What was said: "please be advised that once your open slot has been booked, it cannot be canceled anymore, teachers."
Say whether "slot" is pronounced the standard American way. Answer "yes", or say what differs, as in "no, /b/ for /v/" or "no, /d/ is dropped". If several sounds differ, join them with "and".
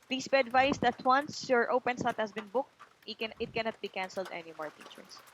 no, /l/ is dropped